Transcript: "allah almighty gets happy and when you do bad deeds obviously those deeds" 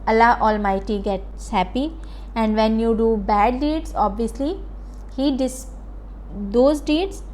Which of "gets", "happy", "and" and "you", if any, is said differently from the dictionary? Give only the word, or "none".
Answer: none